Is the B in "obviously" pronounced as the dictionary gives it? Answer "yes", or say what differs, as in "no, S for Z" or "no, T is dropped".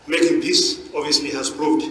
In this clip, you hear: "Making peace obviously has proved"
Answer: no, B is dropped